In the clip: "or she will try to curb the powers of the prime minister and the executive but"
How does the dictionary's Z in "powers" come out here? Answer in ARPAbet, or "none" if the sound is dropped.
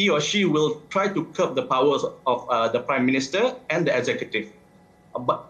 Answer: none